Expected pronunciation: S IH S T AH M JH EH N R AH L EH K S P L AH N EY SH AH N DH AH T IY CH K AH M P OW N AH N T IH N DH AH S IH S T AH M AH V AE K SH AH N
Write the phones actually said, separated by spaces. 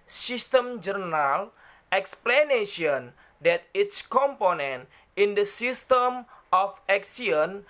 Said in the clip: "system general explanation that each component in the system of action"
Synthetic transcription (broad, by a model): S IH S T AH M JH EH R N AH L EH K S P L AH N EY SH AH N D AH T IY S K AH M P OW N AH N T IH N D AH S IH S T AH M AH F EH K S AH N